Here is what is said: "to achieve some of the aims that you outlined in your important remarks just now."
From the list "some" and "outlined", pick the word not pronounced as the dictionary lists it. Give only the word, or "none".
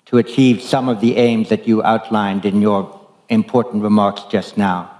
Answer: none